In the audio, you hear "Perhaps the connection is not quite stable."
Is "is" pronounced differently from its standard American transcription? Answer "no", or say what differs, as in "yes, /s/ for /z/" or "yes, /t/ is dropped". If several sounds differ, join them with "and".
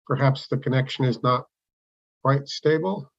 no